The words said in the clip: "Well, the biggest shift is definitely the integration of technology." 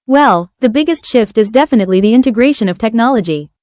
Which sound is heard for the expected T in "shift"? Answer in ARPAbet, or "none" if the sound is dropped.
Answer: T